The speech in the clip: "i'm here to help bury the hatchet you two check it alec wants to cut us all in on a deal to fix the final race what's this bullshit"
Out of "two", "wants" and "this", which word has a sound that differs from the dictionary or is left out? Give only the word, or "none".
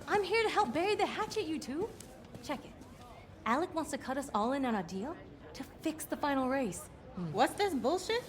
none